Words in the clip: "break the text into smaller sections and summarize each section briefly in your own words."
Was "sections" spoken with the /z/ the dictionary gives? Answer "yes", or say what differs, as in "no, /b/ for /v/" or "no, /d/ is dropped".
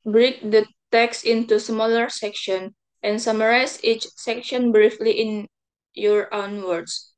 no, /z/ is dropped